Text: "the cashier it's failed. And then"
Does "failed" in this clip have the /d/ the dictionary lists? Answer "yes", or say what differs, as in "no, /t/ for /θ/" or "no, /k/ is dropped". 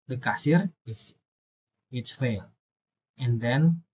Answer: no, /d/ is dropped